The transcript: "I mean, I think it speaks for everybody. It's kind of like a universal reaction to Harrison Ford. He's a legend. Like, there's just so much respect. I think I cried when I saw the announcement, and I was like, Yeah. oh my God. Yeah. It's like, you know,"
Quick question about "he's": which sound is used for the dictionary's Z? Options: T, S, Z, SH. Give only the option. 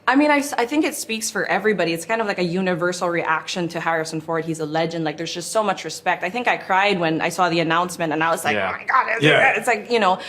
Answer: Z